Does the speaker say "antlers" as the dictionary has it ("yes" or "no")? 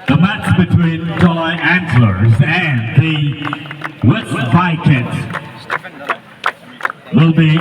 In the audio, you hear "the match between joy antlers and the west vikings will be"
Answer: no